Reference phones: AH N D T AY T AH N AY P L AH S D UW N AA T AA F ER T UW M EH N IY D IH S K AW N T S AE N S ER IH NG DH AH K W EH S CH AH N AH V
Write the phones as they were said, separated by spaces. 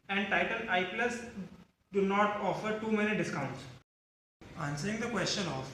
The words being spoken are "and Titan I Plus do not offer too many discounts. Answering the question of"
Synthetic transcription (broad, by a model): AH N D T AY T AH L AY P L AH S D UW N AA T AA F ER T UW M EH N IY D IH S K AW N T S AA N S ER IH NG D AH K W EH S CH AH N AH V